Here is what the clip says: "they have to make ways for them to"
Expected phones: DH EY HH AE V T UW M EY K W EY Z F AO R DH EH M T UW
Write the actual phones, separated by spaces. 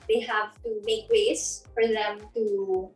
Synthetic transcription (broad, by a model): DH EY HH AE V T UW M EY K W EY S F AO R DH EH M T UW